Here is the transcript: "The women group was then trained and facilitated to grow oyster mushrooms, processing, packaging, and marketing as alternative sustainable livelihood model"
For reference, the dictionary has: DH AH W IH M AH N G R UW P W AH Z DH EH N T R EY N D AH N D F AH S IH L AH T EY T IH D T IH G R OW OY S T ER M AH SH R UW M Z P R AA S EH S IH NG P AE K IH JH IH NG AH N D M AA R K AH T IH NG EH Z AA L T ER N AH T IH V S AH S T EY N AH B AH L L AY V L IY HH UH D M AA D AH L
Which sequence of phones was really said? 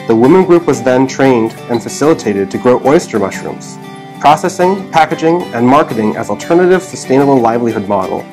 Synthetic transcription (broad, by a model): DH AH W IH M AH N G R UW P W AH Z DH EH N T R EY N D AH N F AH S IH L AH T EY T IH D T IH G R OW OY S T ER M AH SH R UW M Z P R AA S EH S IH NG P AE K IH JH IH NG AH N M AA R K AH T IH NG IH Z L T ER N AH T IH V S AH S T EY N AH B L L AY V L IY HH UH D M AA D L